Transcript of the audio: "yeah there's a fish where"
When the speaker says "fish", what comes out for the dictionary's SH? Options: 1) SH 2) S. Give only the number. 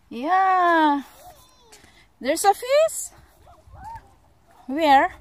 2